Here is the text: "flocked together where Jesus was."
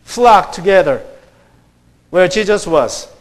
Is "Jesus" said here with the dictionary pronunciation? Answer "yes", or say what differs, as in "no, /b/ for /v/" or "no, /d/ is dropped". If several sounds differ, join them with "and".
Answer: no, /ʃ/ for /dʒ/